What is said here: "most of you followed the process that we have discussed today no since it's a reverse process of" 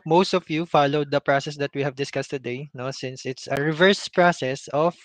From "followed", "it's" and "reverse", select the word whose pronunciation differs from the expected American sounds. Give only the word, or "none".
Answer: none